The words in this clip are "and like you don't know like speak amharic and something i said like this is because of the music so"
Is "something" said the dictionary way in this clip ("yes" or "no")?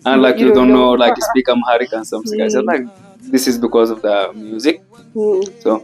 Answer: no